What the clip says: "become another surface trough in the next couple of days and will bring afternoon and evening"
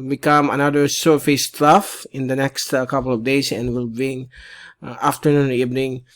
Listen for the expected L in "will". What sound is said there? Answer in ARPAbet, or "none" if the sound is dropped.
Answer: L